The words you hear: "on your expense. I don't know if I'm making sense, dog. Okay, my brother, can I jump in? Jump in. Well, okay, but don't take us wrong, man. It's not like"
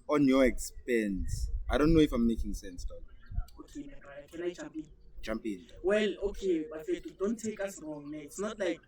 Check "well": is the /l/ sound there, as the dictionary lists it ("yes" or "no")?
yes